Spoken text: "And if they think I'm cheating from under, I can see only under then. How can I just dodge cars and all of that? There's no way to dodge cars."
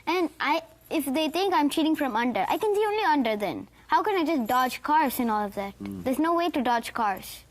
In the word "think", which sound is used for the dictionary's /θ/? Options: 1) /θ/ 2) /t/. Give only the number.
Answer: 2